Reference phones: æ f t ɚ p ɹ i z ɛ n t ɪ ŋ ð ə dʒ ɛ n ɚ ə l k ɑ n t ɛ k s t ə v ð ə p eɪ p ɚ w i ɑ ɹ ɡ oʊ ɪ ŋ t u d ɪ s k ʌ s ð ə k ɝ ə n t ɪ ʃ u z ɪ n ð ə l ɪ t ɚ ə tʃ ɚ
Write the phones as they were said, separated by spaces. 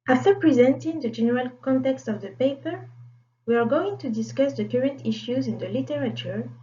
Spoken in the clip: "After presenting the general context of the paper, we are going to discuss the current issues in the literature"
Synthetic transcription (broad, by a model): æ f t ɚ p ɹ i z ɛ n t ɪ ŋ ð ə dʒ ɛ n ɚ ə l k ɑ n t ɛ k s t ə v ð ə p eɪ p ɚ w i ɑ ɹ ɡ oʊ ɪ ŋ t u d ɪ s k ʌ s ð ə k ɝ ə n t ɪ ʃ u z ɪ n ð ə l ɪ t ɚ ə tʃ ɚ